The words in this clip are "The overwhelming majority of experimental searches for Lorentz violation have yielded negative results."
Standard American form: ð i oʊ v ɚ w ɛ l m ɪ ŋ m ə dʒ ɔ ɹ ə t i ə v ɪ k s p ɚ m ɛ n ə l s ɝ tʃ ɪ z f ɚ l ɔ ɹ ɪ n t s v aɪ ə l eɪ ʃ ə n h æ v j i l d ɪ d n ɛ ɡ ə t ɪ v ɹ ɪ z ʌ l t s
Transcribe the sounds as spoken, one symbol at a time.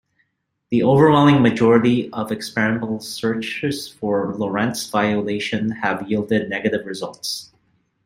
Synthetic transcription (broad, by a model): ð i oʊ v ɚ w ɛ l m ɪ ŋ m ə dʒ ɔ ɹ ə t i ə v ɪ k s p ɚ ɪ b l s ɝ tʃ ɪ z f ɚ l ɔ ɹ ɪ n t s v aɪ ə l eɪ ʃ ə n h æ v j i l d ɪ d n ɛ ɡ ə t ɪ v ɹ ɪ z ʌ l t s